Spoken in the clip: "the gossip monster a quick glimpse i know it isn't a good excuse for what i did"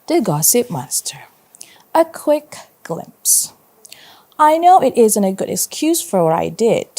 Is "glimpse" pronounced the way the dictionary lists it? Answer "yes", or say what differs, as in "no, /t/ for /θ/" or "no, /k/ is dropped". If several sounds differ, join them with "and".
yes